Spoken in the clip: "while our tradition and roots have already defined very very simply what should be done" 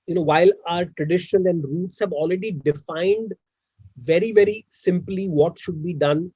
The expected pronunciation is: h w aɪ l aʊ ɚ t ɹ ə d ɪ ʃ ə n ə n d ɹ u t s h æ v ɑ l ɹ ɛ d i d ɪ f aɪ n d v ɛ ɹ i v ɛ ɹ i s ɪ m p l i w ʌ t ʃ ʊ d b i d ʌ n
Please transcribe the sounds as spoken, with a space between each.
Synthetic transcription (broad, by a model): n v aɪ l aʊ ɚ t ɹ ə d ɪ ʃ ə l ə n d ɹ u t s h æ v ɑ l ɹ ɛ d i d ɪ f aɪ n d v ɛ ɹ i v ɛ ɹ i s ɪ m p l i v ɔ t ʃ ʊ d b i d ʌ n